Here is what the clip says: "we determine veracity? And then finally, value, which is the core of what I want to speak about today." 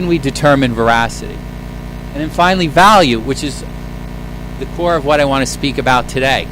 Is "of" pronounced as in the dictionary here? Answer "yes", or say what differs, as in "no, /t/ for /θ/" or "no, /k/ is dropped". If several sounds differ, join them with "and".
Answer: yes